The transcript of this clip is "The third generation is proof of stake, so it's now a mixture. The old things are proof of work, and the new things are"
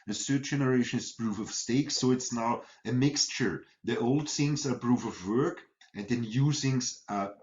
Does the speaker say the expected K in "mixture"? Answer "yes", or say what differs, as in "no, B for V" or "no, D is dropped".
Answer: yes